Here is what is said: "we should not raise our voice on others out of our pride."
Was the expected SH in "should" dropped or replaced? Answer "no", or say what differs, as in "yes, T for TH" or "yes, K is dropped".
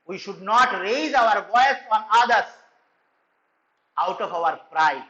no